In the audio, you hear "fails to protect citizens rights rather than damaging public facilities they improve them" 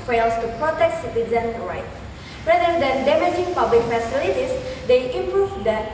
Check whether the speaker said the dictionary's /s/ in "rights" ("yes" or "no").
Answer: no